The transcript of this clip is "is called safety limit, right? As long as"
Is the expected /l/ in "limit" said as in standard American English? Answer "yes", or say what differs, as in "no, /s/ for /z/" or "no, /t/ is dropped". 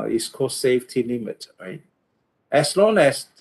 no, /n/ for /l/